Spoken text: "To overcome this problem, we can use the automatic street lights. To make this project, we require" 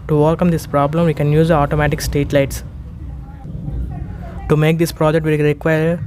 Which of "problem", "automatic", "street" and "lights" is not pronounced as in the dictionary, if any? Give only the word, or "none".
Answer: street